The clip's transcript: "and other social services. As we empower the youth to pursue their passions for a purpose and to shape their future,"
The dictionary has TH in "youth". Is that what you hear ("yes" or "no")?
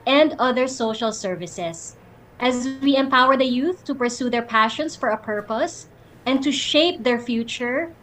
yes